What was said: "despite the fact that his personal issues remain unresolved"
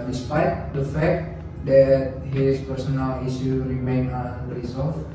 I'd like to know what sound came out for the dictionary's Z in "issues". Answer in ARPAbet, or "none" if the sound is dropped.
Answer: none